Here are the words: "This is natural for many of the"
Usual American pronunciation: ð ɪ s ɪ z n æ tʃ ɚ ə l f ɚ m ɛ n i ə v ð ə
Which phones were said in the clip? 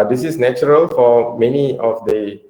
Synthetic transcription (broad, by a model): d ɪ s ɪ s n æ tʃ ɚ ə l f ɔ m ɛ n i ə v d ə